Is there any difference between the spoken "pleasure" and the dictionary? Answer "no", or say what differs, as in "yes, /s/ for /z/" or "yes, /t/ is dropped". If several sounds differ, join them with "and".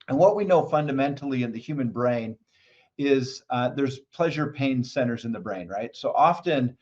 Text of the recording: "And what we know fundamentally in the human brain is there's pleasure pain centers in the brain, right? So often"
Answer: no